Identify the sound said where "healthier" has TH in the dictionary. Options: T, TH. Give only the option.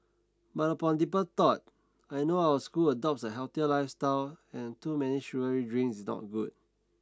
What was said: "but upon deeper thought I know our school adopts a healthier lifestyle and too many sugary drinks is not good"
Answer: T